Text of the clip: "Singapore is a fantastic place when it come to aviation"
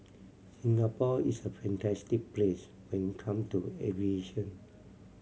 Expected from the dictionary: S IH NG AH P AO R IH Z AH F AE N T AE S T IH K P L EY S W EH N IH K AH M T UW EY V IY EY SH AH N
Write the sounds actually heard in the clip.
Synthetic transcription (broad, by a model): S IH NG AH P AO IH S AH F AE N T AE S T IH K P L EY S W EH N IH K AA M T UW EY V IY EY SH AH N